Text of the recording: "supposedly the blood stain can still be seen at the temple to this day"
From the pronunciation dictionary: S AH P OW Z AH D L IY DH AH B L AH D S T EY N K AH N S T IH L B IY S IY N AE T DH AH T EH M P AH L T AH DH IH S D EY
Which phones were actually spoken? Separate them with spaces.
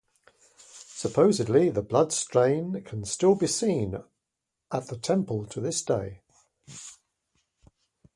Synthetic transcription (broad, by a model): S AH P OW Z AH D L IY DH AH B L AH D S T EY N K AH N S T IH L B IY S IY N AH T DH AH T EH M P AH L T AH DH IH S D EY